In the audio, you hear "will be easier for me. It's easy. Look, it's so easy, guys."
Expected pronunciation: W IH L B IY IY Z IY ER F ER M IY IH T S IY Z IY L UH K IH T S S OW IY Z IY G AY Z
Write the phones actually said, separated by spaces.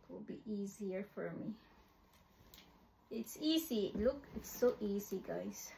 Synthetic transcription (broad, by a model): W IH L B IY IY Z IY ER F ER M IY IH T S IY Z IY L UH K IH T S S OW IY Z IY G AY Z